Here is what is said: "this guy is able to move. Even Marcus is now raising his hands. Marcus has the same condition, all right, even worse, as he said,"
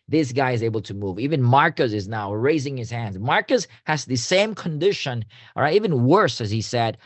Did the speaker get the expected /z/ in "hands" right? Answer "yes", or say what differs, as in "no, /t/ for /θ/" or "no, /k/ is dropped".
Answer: yes